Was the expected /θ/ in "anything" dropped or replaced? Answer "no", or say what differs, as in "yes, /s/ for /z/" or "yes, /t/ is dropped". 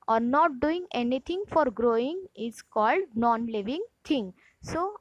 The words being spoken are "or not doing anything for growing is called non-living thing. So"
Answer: yes, /t/ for /θ/